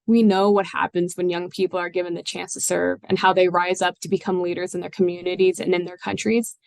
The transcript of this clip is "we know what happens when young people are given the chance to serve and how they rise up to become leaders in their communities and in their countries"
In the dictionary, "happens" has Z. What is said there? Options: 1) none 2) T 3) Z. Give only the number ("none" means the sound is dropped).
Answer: 3